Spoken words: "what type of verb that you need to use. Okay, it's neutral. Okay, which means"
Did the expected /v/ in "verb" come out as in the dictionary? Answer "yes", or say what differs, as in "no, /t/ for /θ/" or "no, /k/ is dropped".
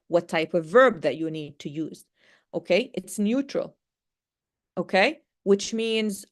yes